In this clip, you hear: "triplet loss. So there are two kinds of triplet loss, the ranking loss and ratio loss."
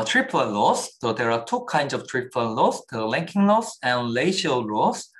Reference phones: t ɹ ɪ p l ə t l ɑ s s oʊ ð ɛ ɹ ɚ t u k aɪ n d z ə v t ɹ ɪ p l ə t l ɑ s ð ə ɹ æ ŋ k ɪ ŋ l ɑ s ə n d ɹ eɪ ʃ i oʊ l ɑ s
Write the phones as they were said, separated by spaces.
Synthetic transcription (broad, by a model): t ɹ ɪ p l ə l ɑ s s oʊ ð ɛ ɹ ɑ t u k aɪ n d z ə v t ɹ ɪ p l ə l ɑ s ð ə l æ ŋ k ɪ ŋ l ɑ s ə n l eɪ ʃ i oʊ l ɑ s